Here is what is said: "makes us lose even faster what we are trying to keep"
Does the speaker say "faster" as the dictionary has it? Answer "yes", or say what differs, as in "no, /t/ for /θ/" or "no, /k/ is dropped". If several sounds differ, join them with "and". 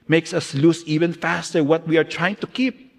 yes